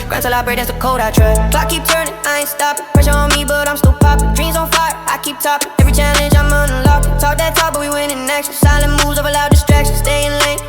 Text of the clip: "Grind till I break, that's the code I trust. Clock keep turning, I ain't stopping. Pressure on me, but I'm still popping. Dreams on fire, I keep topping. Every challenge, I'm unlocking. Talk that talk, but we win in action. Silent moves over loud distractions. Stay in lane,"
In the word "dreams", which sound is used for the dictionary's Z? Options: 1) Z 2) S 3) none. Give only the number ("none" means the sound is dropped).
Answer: 1